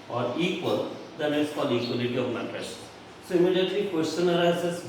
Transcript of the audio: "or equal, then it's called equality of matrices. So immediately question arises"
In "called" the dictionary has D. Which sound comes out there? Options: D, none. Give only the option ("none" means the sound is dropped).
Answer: none